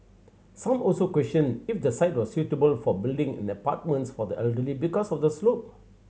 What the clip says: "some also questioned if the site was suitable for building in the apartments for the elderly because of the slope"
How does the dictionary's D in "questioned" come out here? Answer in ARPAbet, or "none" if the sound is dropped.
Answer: none